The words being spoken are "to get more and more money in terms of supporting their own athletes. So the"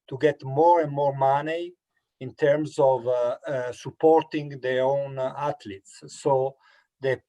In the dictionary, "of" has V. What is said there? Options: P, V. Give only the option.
V